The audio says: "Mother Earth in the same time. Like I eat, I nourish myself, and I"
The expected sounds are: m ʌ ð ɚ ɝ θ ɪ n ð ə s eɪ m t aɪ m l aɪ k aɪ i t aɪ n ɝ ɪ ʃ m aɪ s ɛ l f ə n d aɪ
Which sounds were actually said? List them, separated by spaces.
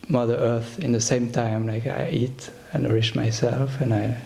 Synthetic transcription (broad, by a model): m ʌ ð ɚ ɝ θ ɪ n ð ə s eɪ m t aɪ m l aɪ k aɪ i t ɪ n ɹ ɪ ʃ m aɪ s ɛ l f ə n aɪ